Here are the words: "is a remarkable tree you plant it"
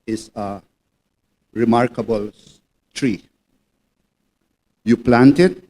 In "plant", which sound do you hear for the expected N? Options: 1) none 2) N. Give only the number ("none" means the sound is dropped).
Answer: 2